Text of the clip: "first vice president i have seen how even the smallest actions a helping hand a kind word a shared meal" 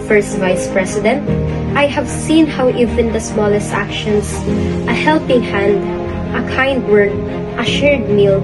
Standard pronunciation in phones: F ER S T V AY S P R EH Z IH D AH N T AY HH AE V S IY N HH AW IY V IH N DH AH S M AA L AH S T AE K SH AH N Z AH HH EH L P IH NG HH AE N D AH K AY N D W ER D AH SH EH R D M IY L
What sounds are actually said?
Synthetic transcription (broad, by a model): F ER S T V AY S P R EH S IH D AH N T AY HH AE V S IY N HH AW IY V IH N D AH S M AA L AH S T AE K SH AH N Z AH HH EH L P IH NG HH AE N D AH K AY N D W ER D AH SH EH R D M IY L